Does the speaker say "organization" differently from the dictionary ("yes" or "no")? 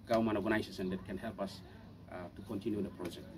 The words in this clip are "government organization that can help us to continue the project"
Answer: yes